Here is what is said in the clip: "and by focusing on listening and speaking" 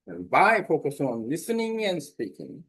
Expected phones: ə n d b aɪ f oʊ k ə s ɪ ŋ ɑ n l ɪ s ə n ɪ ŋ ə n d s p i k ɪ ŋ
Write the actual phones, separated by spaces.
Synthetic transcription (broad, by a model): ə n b aɪ p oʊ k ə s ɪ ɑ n l ɪ s ə n ɪ ŋ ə n s p i k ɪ ŋ